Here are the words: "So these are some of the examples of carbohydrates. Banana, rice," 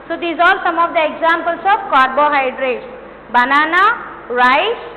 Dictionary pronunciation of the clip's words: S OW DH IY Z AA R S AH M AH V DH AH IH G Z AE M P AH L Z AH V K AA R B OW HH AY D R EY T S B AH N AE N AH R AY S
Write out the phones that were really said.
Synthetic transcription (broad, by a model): S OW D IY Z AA L S AH M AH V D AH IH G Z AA M P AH L S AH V K AA R B OW HH AY D R EY T S B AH N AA N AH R AY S